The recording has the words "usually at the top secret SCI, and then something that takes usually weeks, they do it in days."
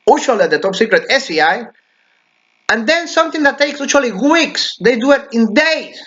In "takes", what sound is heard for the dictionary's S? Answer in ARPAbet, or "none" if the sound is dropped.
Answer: S